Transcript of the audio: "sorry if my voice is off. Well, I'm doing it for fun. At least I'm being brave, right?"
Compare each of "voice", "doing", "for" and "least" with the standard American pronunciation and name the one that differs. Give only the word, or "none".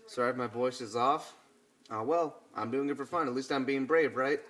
none